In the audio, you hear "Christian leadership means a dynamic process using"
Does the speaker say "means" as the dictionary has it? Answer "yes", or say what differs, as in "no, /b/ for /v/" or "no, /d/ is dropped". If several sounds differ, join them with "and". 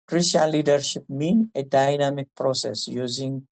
no, /z/ is dropped